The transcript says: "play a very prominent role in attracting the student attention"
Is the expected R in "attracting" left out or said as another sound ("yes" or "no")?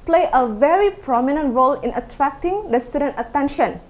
no